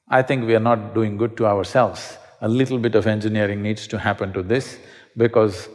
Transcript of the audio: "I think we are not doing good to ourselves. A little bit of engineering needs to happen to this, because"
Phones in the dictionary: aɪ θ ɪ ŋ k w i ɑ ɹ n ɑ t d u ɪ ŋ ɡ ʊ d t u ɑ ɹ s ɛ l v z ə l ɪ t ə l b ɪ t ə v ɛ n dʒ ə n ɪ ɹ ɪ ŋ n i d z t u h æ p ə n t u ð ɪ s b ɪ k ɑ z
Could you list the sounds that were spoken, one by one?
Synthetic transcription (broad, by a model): aɪ t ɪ ŋ k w i ɑ ɹ n ɑ t d u ɪ ŋ ɡ ʊ d t u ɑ ɹ s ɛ l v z ə l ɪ t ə l b ɪ t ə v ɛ n dʒ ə n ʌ ɹ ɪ ŋ n i d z t u h æ p ə n t u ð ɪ s b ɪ k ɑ z